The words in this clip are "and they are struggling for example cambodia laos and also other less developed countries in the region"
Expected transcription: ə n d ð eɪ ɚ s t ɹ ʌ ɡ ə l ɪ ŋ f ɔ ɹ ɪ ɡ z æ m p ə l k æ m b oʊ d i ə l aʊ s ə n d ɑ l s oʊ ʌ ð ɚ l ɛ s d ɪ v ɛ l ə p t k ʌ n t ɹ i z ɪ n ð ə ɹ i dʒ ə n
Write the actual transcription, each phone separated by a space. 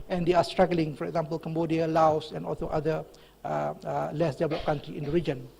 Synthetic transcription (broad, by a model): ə n d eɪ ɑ s t ɹ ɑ ɡ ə l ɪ ŋ f ɔ ɹ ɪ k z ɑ m p ə l k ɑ m b oʊ d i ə l aʊ s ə n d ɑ l s oʊ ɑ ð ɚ l ɛ s d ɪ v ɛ l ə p k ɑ n t ɹ i ɪ n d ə ɹ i dʒ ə n